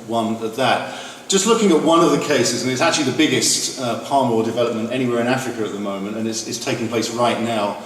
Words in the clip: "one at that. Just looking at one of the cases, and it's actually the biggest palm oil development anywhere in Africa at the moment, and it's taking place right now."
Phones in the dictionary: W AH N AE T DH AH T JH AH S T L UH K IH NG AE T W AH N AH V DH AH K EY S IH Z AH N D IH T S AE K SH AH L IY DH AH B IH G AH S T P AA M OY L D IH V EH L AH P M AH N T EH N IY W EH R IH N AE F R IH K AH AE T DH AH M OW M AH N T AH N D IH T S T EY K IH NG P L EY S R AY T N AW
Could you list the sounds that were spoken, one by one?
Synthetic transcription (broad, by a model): W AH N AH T DH AH T JH AH S T L UH K IH NG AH T W AH N AH V DH AH K EY S IH Z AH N IH T S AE K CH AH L IY DH AH B IH G AH S T P AA M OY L D IH V EH L AH P M AH N T EH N IY W EH R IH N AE F R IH K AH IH T DH AH M OW M AH N T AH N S IH T S T EY K IH NG P L EY S R AY T N AW